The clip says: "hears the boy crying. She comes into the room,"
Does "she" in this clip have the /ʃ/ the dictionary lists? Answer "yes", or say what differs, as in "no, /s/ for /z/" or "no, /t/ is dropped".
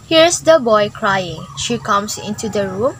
yes